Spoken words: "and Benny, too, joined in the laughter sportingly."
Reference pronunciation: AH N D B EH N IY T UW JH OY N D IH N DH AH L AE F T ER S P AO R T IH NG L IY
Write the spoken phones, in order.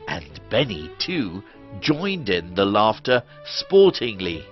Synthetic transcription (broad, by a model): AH N B EH N IY T UW JH OY N D IH N DH AH L AE F T ER S P AO R T IH NG L IY